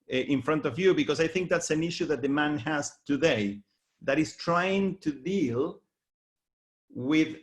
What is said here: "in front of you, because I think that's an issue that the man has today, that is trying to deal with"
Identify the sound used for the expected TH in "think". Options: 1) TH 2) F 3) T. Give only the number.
1